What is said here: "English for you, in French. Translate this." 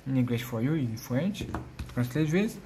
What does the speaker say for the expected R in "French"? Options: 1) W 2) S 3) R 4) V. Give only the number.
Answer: 1